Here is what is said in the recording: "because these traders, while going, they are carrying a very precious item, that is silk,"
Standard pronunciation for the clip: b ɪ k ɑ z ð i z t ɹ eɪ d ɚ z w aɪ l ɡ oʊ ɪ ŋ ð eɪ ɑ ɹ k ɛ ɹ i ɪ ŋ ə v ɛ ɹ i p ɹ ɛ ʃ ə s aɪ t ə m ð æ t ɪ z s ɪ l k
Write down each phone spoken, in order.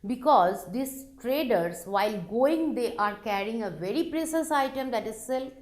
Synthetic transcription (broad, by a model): b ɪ k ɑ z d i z t ɹ eɪ d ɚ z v aɪ l ɡ oʊ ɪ ŋ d eɪ ɑ ɹ k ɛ ɹ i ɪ ŋ ə v ɛ ɹ i p ɹ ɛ s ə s aɪ t ə m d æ t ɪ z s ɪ l